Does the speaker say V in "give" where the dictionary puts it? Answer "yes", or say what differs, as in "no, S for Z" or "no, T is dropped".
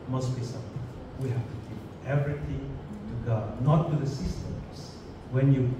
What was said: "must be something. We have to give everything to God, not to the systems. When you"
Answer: no, P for V